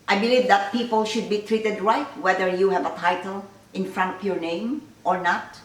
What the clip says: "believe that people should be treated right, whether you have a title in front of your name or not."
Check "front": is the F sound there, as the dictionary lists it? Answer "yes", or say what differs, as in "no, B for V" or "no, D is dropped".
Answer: yes